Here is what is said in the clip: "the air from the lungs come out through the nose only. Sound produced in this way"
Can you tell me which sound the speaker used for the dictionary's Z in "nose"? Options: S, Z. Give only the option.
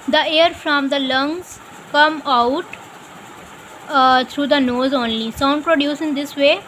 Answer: Z